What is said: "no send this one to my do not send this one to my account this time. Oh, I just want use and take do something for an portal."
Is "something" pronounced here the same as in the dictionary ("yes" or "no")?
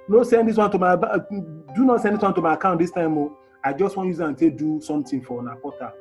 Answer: no